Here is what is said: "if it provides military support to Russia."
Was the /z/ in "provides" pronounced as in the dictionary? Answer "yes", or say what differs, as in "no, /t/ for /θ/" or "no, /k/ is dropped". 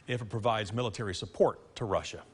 yes